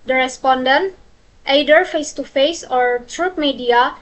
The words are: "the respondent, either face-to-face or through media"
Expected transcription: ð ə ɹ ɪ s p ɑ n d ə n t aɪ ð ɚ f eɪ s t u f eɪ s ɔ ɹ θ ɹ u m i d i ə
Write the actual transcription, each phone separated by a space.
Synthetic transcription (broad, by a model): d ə ɹ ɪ s p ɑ n d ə n t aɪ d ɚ f eɪ s t u f eɪ s ɔ ɹ t ɹ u m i d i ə